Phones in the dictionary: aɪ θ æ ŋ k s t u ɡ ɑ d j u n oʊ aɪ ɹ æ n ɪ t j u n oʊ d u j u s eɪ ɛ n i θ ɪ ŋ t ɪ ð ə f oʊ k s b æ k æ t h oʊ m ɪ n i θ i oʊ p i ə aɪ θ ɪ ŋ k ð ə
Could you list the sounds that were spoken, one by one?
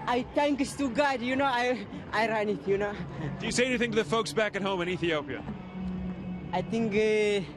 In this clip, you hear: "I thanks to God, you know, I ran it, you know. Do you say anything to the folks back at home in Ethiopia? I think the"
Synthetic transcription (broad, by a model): aɪ t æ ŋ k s t u ɡ ɑ d j u n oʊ aɪ ɹ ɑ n ɪ t j u n oʊ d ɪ j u s eɪ ɛ n i θ ɪ ŋ t ɪ ð ə f oʊ k s b æ k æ t h oʊ m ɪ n i θ i oʊ p i ə aɪ t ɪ ŋ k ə